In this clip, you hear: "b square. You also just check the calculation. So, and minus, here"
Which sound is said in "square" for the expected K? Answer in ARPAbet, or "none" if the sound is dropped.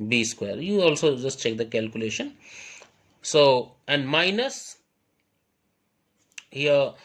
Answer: K